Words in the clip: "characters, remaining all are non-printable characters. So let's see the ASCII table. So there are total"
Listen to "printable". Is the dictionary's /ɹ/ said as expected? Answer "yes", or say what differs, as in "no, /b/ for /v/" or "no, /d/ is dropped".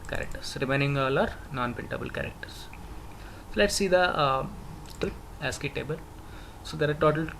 no, /ɹ/ is dropped